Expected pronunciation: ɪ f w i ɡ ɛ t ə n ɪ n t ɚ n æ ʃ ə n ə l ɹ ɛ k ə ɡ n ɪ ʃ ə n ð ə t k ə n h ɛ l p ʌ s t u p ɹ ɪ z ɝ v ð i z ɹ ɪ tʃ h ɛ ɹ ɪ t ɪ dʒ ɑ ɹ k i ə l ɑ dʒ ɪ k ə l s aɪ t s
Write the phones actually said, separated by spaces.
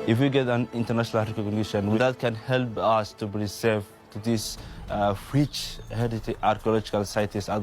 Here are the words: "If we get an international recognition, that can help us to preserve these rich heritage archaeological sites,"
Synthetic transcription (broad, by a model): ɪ f w i ɡ ɛ t ə n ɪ n t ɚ n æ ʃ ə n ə l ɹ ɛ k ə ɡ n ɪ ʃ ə n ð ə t k ə n h ɛ l p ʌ s t u b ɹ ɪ s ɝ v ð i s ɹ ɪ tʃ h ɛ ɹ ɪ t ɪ ɑ ɹ k i ə l ɑ dʒ ɪ k ə l s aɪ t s